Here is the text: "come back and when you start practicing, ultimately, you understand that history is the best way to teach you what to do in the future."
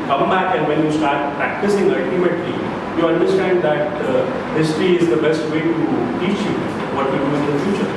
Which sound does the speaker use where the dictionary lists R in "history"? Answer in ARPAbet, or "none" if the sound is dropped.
R